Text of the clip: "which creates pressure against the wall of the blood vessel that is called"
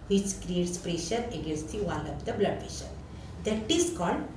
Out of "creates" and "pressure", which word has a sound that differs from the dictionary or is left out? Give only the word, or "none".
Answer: none